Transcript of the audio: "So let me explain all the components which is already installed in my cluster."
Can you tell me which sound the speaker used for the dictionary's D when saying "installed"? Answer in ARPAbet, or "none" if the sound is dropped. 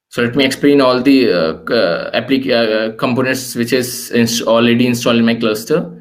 none